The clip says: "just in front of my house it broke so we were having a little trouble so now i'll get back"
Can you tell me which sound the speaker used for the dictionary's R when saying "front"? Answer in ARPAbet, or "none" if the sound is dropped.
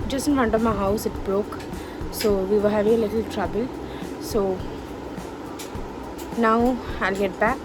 none